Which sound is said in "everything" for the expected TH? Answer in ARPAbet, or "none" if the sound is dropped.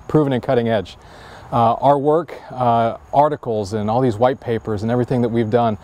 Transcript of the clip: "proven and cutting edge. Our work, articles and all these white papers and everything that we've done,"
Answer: TH